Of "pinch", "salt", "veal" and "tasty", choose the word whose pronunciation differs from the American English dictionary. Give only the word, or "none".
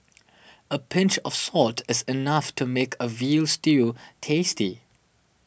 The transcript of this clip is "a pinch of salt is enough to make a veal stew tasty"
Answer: none